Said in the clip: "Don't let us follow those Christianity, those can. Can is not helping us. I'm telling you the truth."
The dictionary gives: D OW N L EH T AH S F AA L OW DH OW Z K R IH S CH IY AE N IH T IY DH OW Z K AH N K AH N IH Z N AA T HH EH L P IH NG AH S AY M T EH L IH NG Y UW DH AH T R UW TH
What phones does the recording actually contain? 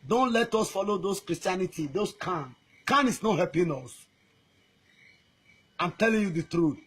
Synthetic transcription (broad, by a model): D OW N L EH T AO S F AA L OW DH OW S K R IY S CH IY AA N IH T IY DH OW S K AH N K AH N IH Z N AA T HH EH P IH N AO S AY M T EH L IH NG Y UW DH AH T R UW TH